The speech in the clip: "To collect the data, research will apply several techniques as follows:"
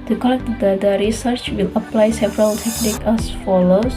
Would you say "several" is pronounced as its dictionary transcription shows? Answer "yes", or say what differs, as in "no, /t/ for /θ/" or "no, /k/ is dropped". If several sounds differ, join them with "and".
yes